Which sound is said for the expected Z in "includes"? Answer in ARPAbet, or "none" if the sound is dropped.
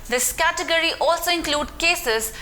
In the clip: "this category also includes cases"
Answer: none